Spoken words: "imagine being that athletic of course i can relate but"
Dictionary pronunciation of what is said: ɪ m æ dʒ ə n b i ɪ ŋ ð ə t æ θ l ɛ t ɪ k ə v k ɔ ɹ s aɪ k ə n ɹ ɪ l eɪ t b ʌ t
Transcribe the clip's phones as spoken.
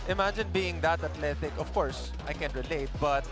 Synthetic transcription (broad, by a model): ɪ m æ dʒ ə n b i ɪ ŋ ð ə t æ t l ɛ t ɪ k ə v k ɔ ɹ s aɪ k ə n ɹ ɪ l eɪ t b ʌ t